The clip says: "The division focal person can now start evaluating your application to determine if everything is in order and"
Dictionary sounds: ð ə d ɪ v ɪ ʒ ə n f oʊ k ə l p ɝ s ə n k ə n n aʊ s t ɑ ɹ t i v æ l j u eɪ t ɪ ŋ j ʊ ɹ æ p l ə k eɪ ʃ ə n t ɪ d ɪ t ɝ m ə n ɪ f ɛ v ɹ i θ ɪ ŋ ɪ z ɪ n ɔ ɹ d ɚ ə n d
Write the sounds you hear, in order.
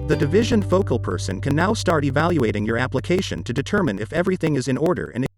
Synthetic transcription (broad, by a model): ð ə d ɪ v ɪ ʒ ə n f oʊ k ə l p ɝ s ə n k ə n n aʊ s t ɑ ɹ t i v æ l j u eɪ t ɪ ŋ j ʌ ɹ æ p l ə k eɪ ʃ ə n t ɪ d ɪ t ɝ m ə n ɪ f ɛ v ɹ i θ ɪ ŋ ɪ z ɪ n ɔ ɹ d ɚ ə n